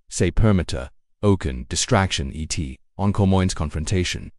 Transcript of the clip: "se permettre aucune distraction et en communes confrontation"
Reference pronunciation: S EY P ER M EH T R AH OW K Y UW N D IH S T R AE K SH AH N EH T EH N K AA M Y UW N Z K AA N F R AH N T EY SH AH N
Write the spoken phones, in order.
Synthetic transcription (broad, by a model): S EY P ER M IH T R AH OW K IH N D IH S T R AE K SH AH N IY T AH N K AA M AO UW N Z K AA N F R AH N T EY SH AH N